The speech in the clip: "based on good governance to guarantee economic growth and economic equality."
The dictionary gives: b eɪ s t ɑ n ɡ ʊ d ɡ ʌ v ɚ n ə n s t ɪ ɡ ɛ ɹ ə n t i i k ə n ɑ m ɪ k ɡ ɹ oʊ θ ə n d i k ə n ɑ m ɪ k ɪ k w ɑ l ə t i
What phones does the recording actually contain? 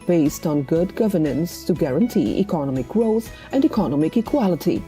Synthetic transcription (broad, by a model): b eɪ s t n ɡ ʊ d ɡ ʌ v ɚ n ə n s t ɪ ɡ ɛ ɹ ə n t i i k ə n ɑ m ɪ k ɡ ɹ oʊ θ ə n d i k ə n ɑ m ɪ k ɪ k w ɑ l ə t i